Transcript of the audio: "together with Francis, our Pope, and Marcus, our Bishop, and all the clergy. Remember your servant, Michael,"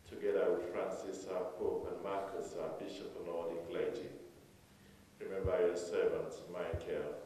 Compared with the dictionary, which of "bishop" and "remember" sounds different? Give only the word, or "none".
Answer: none